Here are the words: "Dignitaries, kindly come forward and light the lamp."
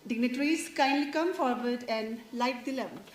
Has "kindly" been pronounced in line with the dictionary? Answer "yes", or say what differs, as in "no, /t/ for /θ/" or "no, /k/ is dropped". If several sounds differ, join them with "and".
yes